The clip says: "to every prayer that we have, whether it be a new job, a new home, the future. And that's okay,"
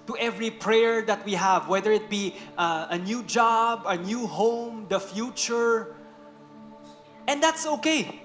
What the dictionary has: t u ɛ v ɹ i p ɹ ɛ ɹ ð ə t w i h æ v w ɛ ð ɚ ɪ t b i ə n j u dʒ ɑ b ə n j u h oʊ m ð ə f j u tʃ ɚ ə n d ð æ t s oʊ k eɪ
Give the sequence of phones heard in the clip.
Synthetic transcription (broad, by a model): t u ɛ v ɹ i p ɹ ɛ ɹ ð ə t w i h æ v w ɛ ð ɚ ɪ t b i ə n j u dʒ ɑ b ə n j u h oʊ m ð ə f j u tʃ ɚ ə n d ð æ t s oʊ k eɪ